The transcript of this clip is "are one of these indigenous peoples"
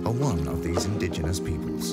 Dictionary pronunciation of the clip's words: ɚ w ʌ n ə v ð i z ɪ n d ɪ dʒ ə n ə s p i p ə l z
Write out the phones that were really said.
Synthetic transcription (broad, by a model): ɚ w ʌ n ə v ð i z ɪ n d ɪ dʒ ə n ə s p i p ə l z